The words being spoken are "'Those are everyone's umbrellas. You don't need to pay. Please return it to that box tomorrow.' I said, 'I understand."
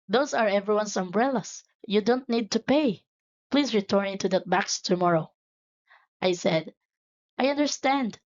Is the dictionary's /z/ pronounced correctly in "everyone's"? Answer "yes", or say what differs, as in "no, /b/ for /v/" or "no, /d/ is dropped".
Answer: no, /s/ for /z/